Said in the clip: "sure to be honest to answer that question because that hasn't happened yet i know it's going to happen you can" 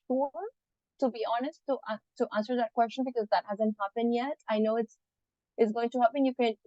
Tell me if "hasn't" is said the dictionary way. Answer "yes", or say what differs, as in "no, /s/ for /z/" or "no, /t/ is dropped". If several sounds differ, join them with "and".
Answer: yes